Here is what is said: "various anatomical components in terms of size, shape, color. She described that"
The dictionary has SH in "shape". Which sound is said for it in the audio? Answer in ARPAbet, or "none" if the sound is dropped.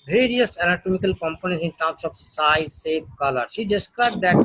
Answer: S